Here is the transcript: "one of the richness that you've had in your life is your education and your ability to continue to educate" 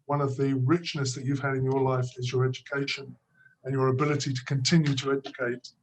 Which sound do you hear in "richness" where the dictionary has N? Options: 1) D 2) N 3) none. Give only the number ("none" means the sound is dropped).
2